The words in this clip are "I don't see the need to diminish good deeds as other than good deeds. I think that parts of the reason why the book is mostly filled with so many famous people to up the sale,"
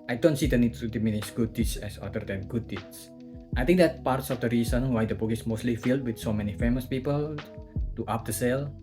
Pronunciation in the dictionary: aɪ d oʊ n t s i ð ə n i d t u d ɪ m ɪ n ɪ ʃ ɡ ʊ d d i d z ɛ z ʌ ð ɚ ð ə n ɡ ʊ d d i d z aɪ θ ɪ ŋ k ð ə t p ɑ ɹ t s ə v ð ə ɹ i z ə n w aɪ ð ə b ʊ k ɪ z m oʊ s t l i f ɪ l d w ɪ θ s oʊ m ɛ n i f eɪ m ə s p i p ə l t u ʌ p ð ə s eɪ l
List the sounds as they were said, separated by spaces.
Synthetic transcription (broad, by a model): aɪ d oʊ n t s i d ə n i d t u d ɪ m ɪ n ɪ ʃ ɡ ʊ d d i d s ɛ s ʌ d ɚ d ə n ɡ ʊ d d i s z aɪ t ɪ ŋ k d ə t p ɑ ɹ t s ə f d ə ɹ i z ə n w aɪ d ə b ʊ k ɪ s m oʊ s t l i f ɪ l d w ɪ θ s oʊ m ɛ n i f eɪ m ə s p i p ə l t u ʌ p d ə s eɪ l